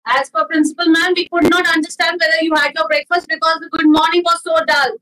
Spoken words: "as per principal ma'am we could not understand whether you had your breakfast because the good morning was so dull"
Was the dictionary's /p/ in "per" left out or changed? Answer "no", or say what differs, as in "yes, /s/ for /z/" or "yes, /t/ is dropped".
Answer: yes, /f/ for /p/